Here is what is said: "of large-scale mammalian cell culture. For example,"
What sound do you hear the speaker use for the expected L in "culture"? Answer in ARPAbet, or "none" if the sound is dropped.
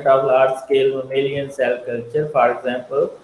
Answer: L